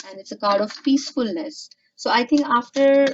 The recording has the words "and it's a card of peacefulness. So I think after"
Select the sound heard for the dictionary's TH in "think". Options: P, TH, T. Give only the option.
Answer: T